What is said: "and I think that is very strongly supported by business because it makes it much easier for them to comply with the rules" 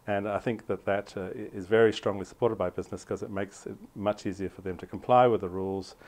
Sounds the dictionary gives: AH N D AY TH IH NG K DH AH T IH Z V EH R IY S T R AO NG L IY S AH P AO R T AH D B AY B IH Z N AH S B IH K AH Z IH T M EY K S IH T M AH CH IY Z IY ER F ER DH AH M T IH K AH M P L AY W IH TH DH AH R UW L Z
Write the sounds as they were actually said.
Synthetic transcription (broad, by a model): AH N AY TH IH NG K DH AH T IH Z V EH R IY S T R AO NG L IY S AH P AO R T AH D B AY B IH Z N AH S K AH Z IH T M EY K S IH T M AH CH IY Z IY ER F ER DH AH M T IH K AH M P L AY W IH DH AH R UW L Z